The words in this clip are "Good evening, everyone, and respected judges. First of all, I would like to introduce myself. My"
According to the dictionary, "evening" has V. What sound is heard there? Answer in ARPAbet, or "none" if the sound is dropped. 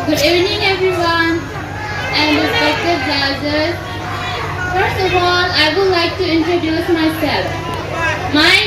none